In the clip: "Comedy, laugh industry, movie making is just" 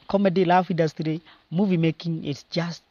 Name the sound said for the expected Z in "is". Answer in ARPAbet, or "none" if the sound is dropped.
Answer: S